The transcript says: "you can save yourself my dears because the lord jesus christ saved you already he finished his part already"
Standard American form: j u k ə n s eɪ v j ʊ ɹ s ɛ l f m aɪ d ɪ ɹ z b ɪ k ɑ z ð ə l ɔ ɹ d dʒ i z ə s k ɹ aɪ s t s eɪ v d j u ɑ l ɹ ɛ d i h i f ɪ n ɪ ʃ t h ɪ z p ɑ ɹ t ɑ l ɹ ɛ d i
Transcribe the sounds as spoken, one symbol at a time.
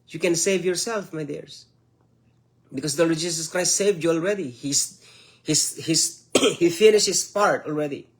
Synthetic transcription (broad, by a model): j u k ə n s eɪ v j ʊ ɹ s ɛ l f m aɪ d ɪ ɹ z b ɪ k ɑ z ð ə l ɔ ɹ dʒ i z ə s k ɹ aɪ s t s eɪ v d j u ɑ l ɹ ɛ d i h i f ɪ n ɪ ʃ t h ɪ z p ɑ ɹ t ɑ l ɹ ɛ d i